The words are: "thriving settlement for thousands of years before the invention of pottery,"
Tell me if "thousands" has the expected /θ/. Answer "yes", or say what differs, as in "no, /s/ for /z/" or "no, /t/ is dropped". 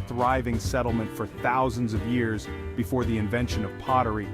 yes